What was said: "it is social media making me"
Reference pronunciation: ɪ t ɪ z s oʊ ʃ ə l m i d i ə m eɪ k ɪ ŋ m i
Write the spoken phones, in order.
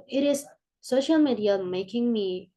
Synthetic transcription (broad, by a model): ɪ t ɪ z s oʊ ʃ ə l m i d i ə m eɪ k ɪ ŋ m i